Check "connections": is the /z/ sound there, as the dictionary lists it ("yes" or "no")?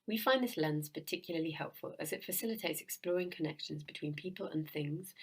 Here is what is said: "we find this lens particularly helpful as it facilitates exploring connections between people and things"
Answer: yes